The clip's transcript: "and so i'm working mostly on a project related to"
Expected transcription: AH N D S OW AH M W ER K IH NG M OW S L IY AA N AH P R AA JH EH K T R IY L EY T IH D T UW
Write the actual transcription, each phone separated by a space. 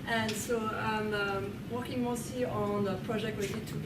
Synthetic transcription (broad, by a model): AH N S OW AH M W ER K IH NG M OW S IY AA N AH P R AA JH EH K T W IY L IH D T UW